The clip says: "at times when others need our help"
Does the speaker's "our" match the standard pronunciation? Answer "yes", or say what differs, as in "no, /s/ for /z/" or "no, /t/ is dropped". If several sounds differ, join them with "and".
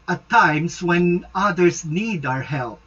yes